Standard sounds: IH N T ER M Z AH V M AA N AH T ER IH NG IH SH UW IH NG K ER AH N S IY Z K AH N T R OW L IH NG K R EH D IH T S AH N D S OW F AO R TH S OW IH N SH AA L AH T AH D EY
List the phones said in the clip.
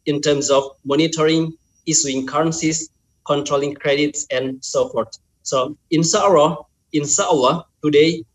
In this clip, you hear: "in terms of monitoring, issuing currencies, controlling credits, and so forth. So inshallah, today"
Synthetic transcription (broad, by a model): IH N T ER M S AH F M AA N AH T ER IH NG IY S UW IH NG K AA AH N S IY S K AH N T R OW L IH NG K R EH D IH T S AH N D S OW F AO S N S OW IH N S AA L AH T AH D EY